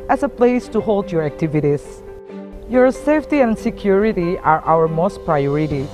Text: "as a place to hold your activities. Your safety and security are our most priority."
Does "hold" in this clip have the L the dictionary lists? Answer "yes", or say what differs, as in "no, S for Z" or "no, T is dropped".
yes